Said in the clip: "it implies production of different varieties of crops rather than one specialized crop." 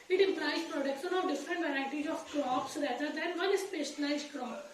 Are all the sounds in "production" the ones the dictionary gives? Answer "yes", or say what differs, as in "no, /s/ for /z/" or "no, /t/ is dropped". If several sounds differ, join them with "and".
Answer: no, /s/ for /ʃ/